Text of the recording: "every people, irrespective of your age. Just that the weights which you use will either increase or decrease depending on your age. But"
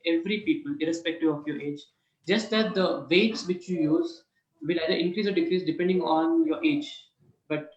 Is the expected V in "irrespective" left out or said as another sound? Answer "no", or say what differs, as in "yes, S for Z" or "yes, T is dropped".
yes, V is dropped